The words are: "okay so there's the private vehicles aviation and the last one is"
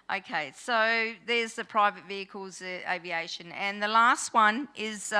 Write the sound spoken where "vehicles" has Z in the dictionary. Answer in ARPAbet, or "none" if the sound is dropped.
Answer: Z